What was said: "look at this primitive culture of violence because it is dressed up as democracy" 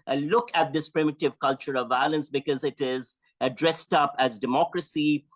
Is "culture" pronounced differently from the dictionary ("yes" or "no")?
no